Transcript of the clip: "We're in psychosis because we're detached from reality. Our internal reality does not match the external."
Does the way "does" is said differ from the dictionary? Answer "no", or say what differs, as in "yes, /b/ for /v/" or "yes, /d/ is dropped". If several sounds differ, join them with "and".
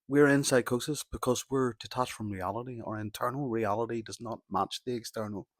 no